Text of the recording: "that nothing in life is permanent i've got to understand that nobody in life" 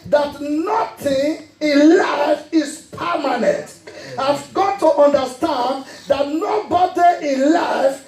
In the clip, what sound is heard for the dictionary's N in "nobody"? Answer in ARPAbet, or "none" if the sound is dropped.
N